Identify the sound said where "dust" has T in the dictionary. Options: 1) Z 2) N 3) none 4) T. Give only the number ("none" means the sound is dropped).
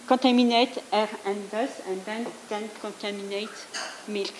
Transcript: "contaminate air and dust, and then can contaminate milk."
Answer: 3